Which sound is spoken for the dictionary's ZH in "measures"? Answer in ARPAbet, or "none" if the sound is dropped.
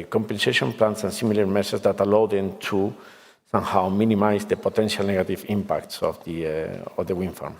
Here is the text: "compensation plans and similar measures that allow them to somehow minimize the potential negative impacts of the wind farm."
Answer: S